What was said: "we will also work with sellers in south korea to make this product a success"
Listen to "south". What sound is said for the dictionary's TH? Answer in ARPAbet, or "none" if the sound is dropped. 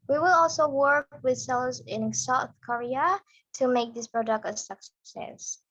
TH